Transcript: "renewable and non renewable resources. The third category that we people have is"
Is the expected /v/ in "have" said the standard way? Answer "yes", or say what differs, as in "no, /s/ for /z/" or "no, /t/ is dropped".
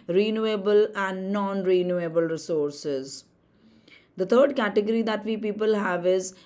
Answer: yes